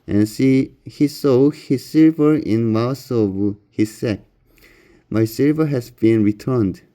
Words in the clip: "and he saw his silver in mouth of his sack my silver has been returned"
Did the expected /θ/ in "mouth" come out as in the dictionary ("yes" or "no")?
no